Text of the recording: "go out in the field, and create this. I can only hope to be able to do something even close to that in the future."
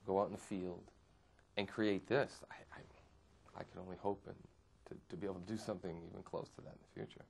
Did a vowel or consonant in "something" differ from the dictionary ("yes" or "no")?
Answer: no